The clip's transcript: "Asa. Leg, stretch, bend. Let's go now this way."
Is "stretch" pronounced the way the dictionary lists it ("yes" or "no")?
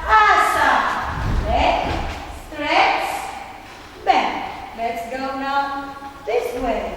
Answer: no